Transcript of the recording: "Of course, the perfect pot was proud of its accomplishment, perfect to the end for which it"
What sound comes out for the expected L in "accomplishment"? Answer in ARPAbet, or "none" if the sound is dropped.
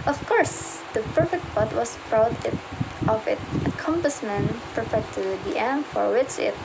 none